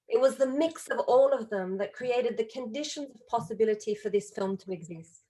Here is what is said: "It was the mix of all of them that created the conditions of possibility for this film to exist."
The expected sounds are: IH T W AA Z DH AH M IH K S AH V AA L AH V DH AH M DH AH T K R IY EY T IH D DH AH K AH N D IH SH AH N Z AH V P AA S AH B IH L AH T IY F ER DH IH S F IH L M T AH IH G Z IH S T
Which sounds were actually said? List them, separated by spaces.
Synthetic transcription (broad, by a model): IH T W AA Z DH AH M IH K S AH V AA L AH V DH AH M DH AH T K R IY EY T IH D DH AH K AH N D IH SH AH N Z AH V P AA S AH B IH L AH T IY F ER DH IH S F IH L M T AH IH G Z IH S T